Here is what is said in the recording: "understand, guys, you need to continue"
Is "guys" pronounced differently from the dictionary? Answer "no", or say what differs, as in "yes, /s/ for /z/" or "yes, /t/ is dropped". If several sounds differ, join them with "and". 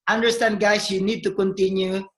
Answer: yes, /s/ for /z/